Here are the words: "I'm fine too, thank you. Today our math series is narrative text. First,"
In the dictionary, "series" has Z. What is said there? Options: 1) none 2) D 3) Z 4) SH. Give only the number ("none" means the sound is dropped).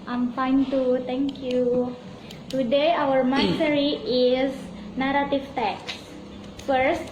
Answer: 1